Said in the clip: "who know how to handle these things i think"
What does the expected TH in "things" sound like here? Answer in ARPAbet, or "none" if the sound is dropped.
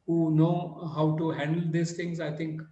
T